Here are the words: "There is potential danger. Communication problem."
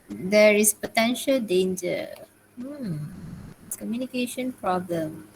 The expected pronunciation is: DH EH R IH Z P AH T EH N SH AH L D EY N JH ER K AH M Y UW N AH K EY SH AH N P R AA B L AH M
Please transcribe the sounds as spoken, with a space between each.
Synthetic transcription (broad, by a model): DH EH R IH S P AH T EH N SH AH L D EY N JH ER K AH M Y UW N AH K EY SH AH N P R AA B L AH M